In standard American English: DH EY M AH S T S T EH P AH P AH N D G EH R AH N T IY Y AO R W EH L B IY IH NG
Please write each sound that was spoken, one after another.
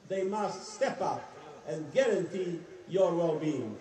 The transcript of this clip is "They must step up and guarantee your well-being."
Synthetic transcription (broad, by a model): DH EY M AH S T S T EH P AH P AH N G EH R AH N T IY Y AO R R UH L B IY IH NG